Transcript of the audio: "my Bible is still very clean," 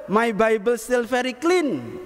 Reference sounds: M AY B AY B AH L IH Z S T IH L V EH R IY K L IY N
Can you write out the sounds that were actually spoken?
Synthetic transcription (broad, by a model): M AY B AY B AH L S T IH L F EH R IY K L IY N